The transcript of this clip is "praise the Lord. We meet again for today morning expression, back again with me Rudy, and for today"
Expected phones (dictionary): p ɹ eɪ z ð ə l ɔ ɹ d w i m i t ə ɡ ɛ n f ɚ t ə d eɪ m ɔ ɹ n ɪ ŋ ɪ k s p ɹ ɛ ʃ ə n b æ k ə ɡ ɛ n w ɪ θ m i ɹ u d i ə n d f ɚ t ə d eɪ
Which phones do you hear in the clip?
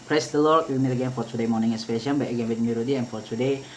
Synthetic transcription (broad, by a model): p ɹ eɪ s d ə l ɔ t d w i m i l ə ɡ ɛ n f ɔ t ə d eɪ m ɔ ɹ n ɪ ŋ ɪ s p ɛ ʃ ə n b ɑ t ə ɡ ɛ n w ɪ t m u ɹ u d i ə n f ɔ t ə d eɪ